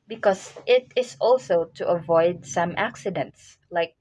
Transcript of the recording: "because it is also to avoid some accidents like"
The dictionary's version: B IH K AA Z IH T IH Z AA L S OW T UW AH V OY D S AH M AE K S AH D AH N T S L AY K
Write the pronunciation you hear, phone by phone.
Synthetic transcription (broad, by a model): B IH K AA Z IH T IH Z AA L S OW T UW AH V OY D S AH M AE K S AH D AH N T S L AY K